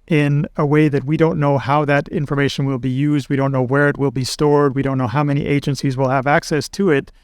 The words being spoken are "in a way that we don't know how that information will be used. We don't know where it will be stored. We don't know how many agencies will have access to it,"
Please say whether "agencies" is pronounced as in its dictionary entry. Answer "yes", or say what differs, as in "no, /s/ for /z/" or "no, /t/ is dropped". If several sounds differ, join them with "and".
yes